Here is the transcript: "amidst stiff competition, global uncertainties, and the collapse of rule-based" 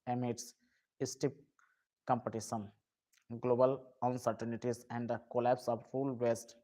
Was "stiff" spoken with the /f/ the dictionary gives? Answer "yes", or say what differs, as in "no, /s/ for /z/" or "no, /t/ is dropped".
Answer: no, /p/ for /f/